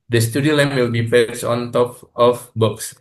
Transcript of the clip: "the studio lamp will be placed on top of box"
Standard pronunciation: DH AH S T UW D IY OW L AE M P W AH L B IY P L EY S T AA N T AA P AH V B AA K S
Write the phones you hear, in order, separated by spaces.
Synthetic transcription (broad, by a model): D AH S T UW D IY OW L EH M W AH L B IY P EY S AA N T AA P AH F B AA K S